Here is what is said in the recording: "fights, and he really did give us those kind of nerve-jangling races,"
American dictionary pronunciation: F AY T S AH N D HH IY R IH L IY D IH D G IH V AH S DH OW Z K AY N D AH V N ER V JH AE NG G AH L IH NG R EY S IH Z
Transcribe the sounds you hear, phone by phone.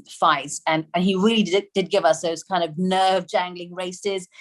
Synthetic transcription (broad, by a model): F AY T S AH N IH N IY R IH L IY D IH D G IH V AH S DH OW Z K AY N D AH V N ER V JH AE NG G L IH NG R EY S IH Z